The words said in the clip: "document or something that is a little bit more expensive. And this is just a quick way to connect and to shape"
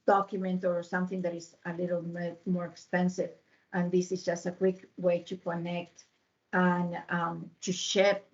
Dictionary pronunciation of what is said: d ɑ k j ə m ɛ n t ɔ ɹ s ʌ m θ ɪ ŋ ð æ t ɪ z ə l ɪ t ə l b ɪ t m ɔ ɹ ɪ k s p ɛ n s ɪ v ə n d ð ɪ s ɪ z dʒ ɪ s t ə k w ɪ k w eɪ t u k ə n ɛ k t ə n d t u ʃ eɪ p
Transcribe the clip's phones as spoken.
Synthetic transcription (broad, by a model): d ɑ k j m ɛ n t ɔ ɹ s ʌ m θ ɪ ŋ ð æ t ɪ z ə l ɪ t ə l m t m ɔ ɹ ɪ k s p ɛ n s ɪ v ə n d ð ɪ s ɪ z dʒ ɪ s t ə k w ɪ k w eɪ t u k ə n ɛ k t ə n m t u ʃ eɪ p